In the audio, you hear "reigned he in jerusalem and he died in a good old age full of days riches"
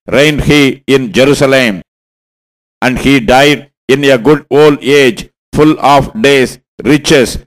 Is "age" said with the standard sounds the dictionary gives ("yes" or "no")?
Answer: yes